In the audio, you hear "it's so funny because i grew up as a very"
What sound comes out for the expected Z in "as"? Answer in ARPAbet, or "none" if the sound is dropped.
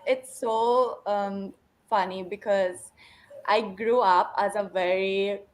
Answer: Z